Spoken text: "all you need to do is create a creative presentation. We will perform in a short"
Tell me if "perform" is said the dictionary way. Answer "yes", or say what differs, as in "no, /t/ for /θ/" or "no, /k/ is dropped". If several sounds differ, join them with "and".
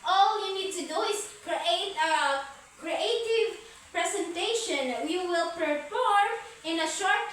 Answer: no, /m/ is dropped